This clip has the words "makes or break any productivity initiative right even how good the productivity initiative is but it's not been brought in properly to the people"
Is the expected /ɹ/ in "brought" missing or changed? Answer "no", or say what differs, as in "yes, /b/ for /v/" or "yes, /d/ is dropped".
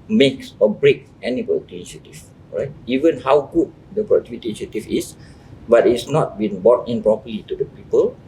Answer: yes, /ɹ/ is dropped